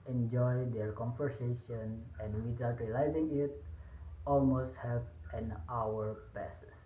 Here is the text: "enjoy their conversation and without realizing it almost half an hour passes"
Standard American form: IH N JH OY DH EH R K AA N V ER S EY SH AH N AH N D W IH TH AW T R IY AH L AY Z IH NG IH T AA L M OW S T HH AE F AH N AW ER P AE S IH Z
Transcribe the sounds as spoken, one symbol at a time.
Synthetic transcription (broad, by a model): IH N JH OY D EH R K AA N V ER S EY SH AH N AH N D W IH T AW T R IY AH L AY Z IH NG IH T AA L M OW S T HH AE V AH N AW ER P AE S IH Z